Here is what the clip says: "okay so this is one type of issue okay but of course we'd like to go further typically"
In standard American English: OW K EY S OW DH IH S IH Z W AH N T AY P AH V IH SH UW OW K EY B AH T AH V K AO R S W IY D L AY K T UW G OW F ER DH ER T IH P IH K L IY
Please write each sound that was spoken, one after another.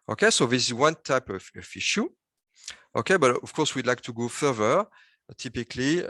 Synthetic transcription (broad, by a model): OW K EY S OW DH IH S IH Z W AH N T AY P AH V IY SH UW OW K EY B AH T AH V K AO R S W IY D L AY K T UW G OW F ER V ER T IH P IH K L IY